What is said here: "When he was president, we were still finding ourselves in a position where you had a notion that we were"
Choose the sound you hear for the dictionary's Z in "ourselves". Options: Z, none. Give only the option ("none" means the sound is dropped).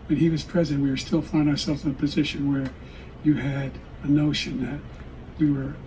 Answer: Z